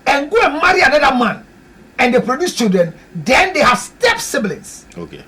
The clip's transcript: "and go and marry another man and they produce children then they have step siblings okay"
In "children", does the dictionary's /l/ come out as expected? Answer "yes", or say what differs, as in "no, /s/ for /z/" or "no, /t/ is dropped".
no, /l/ is dropped